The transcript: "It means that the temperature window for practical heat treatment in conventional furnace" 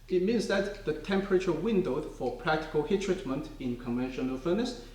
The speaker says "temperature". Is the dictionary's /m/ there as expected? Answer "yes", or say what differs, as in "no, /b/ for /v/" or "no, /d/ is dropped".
yes